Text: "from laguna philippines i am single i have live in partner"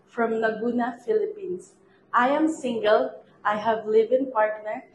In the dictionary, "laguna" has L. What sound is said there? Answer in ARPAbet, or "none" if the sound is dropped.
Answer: N